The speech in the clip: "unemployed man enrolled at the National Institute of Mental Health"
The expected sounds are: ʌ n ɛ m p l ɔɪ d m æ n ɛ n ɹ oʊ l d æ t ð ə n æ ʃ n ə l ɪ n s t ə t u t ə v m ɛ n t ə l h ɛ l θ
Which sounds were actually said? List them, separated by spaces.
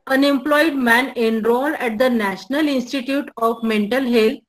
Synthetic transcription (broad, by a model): ʌ n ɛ m p l ɔɪ d m æ n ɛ n ɹ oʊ l æ t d ə n æ ʃ n ə l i n s t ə t u t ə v m ɛ n t ə l h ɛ l